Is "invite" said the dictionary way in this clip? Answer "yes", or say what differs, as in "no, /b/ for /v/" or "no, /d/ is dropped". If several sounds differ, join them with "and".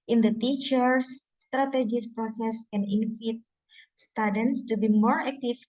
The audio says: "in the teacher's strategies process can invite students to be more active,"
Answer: no, /f/ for /v/